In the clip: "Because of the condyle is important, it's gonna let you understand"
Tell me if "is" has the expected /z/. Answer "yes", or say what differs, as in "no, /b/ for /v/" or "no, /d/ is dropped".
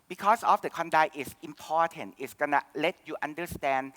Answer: no, /s/ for /z/